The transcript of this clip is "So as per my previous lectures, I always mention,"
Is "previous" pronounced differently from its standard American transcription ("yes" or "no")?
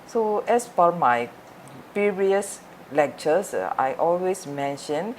yes